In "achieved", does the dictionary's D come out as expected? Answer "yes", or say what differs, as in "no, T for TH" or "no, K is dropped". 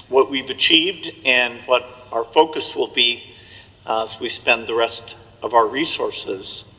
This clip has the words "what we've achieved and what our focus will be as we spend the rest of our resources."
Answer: yes